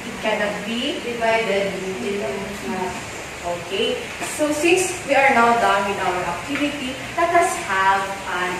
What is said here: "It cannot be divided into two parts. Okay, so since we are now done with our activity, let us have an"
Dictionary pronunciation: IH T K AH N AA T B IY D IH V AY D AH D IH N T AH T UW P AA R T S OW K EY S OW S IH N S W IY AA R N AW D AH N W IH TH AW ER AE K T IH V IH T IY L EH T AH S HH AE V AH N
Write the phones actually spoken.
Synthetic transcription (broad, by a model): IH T K AH N AA T B IY D IH V AY D AH D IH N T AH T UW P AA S T OW K EY S OW S IH N S W IY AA R N AW D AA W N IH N AW ER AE K T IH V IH T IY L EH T AH S HH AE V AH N